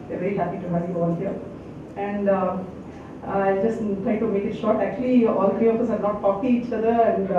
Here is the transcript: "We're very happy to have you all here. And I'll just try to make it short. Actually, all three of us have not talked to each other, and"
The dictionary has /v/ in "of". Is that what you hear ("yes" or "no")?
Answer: no